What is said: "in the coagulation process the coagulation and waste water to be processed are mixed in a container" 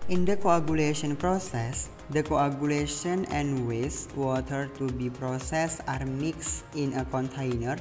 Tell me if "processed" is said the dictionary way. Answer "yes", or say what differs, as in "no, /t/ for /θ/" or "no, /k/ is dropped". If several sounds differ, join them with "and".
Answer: no, /t/ is dropped